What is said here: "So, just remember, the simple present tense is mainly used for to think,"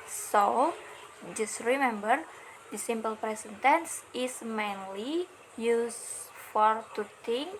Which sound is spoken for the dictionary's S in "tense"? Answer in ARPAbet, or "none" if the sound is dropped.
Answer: S